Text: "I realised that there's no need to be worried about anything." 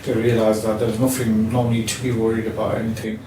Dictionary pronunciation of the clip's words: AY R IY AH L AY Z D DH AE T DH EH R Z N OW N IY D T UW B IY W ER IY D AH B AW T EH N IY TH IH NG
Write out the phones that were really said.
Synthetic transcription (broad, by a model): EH R IY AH L AY Z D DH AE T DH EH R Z N OW N IY D T UW B IY W ER IY D AH B AW T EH N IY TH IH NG